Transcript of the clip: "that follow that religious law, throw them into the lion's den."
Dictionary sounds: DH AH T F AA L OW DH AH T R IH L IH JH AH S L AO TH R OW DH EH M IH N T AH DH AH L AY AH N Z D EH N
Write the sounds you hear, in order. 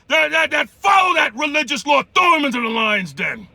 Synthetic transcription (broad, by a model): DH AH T F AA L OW DH AH T R IH L IH JH AH S L AO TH OW M IH N T AH DH AH L AY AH N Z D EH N